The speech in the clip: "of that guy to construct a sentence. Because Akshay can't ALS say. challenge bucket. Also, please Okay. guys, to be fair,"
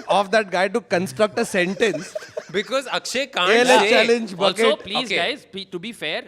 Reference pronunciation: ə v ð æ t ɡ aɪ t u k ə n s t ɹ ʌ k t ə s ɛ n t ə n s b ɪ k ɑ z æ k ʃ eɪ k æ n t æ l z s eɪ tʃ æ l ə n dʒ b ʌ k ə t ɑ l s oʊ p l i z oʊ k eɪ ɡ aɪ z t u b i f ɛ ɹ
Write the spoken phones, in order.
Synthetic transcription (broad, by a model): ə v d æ t ɡ aɪ t u k ə n s t ɹ ʌ k t ə s ɛ n t ə n s b ɪ k ɑ z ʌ k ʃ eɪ k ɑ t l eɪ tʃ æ l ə n dʒ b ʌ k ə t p l i oʊ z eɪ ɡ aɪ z t u b i f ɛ ɹ